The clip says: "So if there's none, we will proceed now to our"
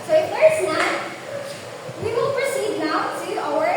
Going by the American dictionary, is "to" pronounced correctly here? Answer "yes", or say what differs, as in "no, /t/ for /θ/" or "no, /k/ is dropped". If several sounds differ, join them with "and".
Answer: no, /s/ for /t/